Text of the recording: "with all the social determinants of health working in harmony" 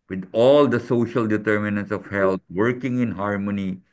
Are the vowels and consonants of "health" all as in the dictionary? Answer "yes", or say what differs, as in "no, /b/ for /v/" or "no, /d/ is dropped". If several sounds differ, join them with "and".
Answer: no, /t/ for /θ/